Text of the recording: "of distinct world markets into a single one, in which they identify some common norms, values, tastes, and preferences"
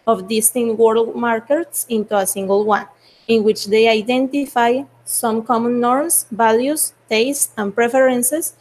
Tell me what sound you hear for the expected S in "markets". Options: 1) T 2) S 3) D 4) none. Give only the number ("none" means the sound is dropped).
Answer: 2